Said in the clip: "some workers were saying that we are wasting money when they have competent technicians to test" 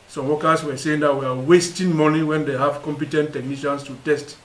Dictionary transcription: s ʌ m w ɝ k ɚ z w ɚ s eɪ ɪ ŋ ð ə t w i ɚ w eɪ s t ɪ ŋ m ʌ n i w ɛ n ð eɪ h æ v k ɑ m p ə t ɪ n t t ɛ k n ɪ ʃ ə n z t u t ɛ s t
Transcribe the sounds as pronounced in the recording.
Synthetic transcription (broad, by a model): s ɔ m w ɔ k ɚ s w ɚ s eɪ ɪ ŋ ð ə t w i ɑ w eɪ s t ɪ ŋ m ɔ n i w ɛ n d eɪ h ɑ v k ɑ m p ə t ɪ n t t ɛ k n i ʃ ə n s t u t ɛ s t